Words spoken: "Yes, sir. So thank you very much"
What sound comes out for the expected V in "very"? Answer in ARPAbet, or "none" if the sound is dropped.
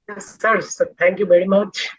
V